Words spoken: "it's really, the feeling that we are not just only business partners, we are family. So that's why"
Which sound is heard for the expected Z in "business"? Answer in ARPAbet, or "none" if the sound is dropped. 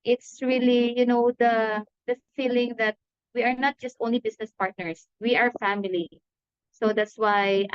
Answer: S